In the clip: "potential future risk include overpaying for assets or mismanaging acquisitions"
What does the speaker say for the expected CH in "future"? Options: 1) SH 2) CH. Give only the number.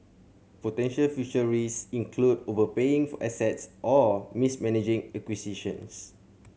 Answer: 1